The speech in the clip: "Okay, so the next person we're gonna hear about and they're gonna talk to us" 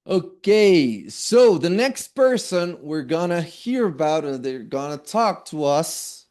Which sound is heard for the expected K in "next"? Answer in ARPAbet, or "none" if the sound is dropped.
K